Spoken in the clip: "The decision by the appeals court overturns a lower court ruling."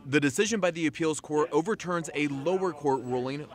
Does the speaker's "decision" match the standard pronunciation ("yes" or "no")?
yes